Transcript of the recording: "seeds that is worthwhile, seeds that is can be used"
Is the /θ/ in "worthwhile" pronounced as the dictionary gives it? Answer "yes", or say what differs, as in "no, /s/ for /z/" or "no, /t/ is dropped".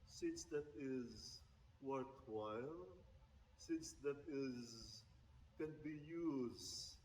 no, /t/ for /θ/